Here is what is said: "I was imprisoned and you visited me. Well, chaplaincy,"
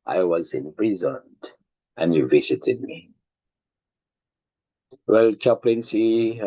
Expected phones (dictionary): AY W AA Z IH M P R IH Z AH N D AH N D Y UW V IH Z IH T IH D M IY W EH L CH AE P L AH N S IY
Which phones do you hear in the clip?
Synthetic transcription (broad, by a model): AY W AA Z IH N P R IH Z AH N AH N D Y UW V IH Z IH T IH D M IY W EH L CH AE P L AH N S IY